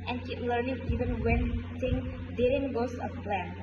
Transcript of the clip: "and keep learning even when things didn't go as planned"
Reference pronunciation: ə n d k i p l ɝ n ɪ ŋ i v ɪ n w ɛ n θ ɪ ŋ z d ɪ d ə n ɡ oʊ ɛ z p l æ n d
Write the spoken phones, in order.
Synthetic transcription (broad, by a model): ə n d k i p l ɝ n ɪ ŋ i v ɪ n w ɛ n s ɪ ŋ d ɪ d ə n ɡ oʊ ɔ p l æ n